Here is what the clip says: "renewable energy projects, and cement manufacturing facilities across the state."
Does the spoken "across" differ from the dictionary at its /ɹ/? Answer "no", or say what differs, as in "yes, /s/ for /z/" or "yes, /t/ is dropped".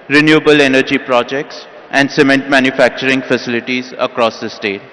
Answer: no